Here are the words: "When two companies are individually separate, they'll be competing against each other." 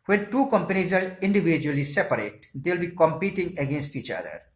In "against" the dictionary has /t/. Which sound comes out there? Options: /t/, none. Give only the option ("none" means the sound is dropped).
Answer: /t/